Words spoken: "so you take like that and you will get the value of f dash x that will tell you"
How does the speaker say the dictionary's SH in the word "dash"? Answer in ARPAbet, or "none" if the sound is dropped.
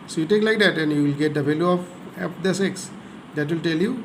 S